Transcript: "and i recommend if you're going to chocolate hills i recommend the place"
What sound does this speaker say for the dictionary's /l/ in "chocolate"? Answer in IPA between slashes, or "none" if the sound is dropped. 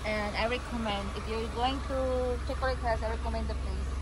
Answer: none